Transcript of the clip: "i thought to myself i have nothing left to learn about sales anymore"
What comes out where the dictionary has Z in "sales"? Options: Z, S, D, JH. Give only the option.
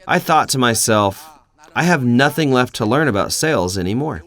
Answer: Z